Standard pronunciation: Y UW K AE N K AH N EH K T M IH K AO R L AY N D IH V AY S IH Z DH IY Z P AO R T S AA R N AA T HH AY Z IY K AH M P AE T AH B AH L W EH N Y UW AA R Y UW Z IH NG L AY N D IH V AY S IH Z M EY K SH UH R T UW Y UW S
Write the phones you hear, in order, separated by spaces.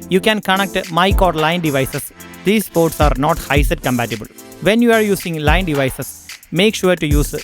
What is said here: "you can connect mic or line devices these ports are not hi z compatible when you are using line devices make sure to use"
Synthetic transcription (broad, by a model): Y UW K AE N K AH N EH K T M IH K AO R L AY N D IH V AY S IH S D IY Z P AO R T S AA R N AA T HH AY S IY K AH M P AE T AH B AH L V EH N Y UW AA R Y UW S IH NG L AY N D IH V AY S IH S M EY K SH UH R T UW Y UW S